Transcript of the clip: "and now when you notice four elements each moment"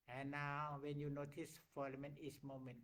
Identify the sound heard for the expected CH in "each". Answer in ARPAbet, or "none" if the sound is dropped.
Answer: S